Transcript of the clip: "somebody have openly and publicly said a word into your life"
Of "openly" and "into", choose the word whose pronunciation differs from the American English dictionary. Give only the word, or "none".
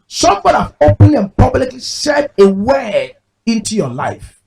openly